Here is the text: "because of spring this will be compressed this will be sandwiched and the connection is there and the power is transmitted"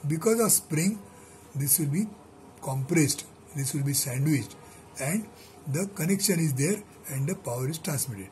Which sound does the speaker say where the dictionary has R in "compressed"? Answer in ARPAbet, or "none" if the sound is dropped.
R